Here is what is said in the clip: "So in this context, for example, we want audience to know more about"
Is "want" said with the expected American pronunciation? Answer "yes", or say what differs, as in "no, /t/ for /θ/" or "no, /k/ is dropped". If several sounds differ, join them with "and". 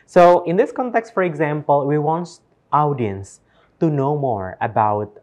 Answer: yes